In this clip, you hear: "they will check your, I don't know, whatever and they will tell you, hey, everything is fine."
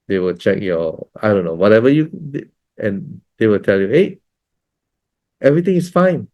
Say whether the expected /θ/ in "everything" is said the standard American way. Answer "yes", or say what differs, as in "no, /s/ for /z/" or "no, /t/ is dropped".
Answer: no, /t/ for /θ/